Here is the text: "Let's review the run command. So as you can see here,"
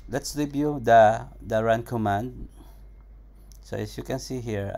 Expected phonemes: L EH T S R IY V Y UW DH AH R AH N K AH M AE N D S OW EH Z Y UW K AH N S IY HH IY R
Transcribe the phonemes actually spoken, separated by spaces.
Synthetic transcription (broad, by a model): L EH T S L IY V Y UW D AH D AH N K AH M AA N D S OW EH S Y UW K AH N S IY HH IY R